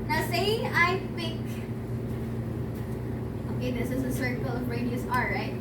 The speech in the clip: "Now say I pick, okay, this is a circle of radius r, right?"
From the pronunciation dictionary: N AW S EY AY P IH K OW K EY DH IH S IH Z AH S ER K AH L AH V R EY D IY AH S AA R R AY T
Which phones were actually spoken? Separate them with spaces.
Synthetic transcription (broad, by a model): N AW S EY AY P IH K OW K EY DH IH S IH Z AH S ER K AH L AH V R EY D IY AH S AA L R AY T